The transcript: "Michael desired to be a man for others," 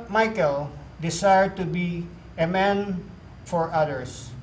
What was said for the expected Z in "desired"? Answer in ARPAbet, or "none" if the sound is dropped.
S